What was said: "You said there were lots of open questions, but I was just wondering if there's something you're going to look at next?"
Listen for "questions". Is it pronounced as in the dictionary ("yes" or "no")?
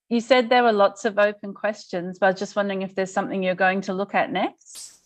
yes